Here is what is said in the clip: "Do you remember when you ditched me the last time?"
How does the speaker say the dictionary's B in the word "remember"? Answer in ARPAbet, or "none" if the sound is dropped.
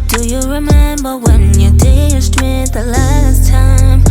B